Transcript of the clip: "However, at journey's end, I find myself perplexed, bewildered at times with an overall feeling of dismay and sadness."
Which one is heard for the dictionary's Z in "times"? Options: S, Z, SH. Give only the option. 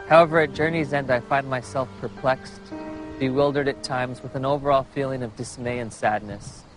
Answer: Z